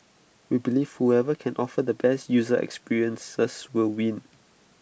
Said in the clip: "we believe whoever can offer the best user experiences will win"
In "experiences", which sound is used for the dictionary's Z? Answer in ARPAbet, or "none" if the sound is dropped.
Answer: S